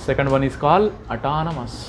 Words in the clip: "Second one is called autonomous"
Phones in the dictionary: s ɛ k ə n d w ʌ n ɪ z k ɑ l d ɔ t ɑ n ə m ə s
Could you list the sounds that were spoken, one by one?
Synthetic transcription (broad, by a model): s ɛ k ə n d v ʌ n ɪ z k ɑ l ʌ t ɑ n ə m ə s